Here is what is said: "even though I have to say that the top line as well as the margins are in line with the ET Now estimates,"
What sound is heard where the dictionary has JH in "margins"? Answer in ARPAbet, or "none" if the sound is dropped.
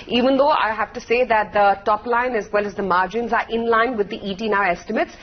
JH